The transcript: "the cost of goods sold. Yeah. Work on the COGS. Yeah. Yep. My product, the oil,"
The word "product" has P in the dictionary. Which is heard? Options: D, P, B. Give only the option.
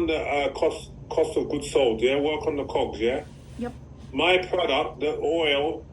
P